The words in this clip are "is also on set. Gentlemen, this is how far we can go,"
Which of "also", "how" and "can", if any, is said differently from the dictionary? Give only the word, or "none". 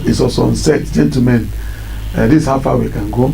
also